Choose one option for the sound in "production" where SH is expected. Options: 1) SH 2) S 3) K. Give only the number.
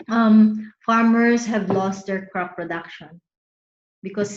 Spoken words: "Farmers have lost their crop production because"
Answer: 1